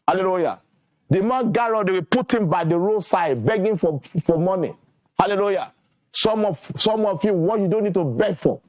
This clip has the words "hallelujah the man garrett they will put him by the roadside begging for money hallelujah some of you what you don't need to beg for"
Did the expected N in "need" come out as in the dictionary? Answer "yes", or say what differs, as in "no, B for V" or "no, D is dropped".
yes